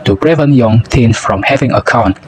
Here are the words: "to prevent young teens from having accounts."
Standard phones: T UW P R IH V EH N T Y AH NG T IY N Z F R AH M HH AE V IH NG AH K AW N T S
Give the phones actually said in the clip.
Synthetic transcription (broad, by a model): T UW B R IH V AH N Y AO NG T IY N S F R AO M HH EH V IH NG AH K AW N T